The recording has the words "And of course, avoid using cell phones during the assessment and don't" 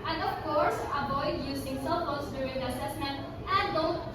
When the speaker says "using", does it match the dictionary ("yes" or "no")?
no